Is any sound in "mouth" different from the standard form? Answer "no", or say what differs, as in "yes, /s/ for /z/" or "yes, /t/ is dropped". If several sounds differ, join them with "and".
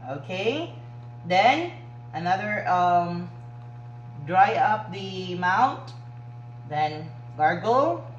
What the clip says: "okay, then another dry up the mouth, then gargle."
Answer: yes, /t/ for /θ/